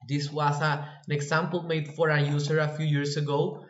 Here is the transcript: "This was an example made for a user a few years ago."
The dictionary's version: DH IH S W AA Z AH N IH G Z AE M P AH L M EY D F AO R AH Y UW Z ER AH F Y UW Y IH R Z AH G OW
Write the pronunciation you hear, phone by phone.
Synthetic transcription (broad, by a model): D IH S W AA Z AH N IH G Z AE M P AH L M EY D F AO R AH Y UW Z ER AH F Y UW Y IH R S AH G OW